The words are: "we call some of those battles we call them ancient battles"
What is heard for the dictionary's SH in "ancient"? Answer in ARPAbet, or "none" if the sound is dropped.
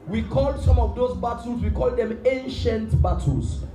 SH